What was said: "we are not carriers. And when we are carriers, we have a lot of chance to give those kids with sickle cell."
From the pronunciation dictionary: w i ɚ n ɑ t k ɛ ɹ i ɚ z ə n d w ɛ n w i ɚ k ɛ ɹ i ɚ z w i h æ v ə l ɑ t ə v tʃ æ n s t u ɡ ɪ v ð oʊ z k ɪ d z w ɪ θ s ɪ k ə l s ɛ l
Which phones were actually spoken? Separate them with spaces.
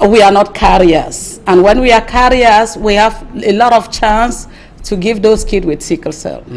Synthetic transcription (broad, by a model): w i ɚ n ɑ t k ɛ ɹ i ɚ s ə n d w ɛ n w i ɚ k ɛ ɹ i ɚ s w i h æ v ə l ɑ t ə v tʃ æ n s t u ɡ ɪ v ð oʊ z k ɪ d w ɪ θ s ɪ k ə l s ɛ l